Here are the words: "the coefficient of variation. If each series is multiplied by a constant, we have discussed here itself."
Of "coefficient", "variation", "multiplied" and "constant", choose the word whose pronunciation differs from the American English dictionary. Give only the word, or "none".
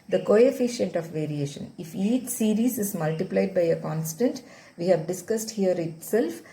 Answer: none